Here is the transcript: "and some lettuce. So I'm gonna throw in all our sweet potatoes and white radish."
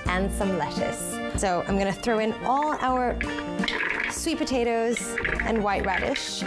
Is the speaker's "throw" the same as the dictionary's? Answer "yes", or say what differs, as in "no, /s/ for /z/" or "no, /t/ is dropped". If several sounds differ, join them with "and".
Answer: yes